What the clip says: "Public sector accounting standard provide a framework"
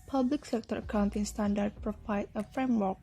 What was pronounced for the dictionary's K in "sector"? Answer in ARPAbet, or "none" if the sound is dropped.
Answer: K